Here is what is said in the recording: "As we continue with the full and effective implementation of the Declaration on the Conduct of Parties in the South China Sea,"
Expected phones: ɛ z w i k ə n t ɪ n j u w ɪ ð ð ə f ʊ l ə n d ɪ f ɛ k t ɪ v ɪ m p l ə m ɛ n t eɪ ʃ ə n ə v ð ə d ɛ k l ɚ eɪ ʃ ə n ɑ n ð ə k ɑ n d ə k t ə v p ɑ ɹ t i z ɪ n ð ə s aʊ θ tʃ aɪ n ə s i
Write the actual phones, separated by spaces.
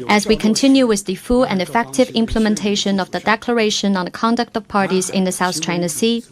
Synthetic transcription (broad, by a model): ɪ z w i k ə n t ɪ n j u w ɪ ð ð ə f ʊ l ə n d ɪ f ɛ k t ɪ v ɪ m p l ə m ɛ n t eɪ ʃ ə n ə v ð ə d ɛ k l ɚ eɪ ʃ ə n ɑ n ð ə k ɑ n d ə k t ə v p ɑ ɹ t i z ɪ n ð ə s aʊ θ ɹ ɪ n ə s i